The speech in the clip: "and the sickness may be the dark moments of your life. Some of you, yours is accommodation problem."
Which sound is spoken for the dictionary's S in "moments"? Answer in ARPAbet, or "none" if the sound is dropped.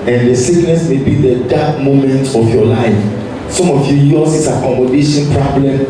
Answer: none